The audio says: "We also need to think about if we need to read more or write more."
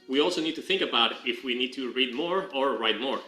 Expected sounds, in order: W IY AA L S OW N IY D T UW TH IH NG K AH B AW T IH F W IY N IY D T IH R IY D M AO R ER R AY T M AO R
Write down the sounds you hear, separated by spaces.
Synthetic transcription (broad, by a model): W IY AA L S OW N IY D T UW TH IH NG K AH B AW T IH F W IY N IY D T IH R IY D M AO R ER R AY T M AO R